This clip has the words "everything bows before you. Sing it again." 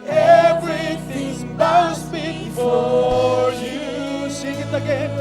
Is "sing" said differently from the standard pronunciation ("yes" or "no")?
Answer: yes